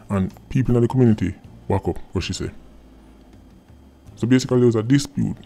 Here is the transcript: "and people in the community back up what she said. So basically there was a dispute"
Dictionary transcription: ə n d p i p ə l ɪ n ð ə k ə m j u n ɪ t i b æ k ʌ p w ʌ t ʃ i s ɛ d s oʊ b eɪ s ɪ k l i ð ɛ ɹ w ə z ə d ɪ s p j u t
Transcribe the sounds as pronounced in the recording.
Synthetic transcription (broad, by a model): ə n p i p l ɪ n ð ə k ə m j u n ɪ t i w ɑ k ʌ p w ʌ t ʃ i s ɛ s oʊ b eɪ s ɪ k i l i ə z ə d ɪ s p j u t